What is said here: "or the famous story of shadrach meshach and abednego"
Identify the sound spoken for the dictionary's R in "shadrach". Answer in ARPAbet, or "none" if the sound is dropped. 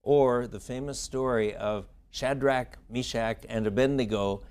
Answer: R